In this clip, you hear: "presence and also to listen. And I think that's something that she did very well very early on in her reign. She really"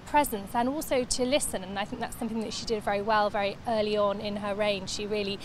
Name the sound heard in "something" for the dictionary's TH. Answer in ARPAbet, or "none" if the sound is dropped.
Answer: TH